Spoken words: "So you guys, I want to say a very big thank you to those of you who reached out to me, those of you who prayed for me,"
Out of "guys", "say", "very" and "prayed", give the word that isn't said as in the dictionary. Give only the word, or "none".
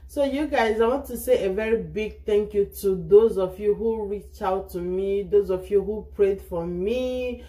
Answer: none